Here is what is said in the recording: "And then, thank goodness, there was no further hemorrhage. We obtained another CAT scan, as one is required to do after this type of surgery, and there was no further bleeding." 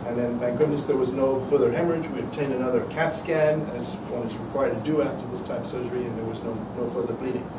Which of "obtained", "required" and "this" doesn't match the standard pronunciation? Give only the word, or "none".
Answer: none